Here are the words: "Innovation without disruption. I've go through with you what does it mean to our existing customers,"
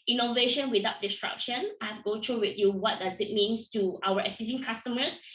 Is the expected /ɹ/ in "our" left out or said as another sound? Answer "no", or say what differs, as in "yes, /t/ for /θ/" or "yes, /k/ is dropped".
yes, /w/ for /ɹ/